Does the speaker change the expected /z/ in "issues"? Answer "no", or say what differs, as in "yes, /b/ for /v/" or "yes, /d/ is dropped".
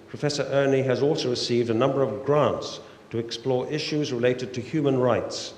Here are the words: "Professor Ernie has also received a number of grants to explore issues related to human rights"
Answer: no